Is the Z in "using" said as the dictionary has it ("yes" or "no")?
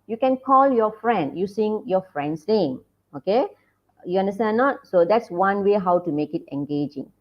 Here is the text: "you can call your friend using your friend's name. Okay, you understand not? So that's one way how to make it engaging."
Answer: no